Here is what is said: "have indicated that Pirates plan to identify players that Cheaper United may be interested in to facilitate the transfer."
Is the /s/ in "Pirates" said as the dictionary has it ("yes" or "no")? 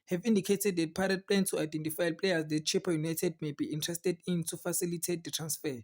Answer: no